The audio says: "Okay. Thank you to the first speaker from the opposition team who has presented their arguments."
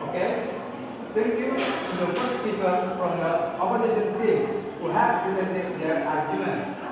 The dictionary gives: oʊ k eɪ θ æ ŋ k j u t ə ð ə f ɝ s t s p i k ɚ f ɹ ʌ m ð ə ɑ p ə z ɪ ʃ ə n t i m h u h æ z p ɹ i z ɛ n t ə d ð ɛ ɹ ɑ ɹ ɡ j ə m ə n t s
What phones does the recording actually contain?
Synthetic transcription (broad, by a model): oʊ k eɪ t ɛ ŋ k j u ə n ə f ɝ t s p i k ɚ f ɹ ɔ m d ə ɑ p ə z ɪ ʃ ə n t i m h u h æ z p ɹ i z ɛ n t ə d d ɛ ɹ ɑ ɹ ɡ j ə m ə n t s